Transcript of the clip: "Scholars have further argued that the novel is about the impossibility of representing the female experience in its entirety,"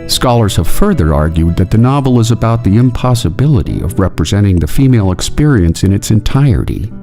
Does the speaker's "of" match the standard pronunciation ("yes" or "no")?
yes